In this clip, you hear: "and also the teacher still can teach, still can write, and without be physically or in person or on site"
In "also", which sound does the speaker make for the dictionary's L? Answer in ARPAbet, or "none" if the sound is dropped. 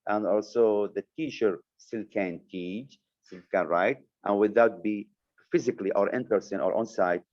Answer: L